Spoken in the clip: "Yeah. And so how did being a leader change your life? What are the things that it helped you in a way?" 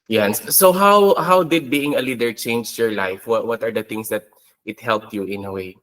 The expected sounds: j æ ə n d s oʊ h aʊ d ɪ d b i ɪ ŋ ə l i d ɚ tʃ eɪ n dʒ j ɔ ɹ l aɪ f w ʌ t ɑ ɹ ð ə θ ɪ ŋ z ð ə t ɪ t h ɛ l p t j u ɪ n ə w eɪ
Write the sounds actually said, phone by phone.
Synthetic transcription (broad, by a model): j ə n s oʊ h aʊ d ɪ d b i ɪ ŋ ə l i d ɚ tʃ eɪ n dʒ j ɔ ɹ l aɪ f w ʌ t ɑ ɹ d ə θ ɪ ŋ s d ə t ɪ t h ɛ l p t j u ɪ n ə w eɪ